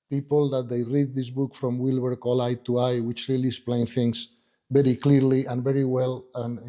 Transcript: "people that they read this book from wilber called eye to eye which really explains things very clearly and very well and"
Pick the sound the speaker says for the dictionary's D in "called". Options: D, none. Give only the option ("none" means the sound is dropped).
none